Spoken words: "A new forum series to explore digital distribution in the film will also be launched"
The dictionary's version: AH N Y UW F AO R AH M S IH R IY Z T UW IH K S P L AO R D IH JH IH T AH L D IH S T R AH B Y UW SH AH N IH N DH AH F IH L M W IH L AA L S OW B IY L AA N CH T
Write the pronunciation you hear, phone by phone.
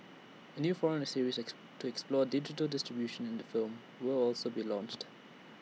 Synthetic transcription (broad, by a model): AH N Y UW F AO R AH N S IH R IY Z T UW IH K S P L AO D IH JH IH T AH L D IH S T R AH B Y UW SH AH N IH N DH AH F IH L M W IH L AA L S OW B IY L AA N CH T